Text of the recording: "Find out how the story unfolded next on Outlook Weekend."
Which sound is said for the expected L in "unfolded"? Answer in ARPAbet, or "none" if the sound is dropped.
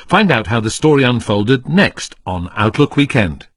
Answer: L